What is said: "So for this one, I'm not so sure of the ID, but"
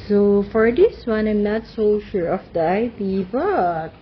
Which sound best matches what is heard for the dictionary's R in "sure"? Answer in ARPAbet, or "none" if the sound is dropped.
R